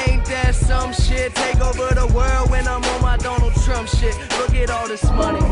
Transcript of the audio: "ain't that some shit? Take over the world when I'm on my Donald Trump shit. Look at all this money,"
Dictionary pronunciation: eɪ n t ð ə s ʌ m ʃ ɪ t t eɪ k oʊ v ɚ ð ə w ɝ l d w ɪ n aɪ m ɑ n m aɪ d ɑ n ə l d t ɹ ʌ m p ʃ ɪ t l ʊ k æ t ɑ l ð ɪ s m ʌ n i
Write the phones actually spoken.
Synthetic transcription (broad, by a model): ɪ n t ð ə s ʌ m ʃ ɪ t t eɪ k oʊ v ɚ ð ə w ɝ l d w ɪ n aɪ m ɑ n m aɪ d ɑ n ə l d t ɹ ʌ m p ʃ ɪ t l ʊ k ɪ t ɑ l ð ɪ s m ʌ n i